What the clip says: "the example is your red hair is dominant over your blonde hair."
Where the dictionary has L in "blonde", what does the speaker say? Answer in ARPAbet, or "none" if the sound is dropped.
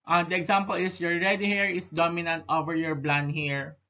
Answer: L